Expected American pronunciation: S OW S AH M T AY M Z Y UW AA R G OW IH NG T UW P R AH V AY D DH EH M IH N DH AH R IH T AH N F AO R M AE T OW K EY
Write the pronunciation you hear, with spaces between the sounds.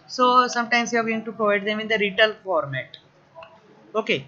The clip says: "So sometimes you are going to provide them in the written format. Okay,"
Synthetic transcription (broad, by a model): S OW S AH M T AY M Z Y UW AA R G OW IH NG T UW P R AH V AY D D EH M IH N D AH R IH T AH L F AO R M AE T OW K EY